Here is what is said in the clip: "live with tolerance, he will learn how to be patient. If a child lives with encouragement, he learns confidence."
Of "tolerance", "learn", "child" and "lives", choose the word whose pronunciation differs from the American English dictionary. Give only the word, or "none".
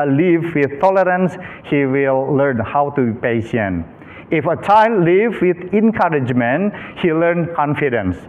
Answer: lives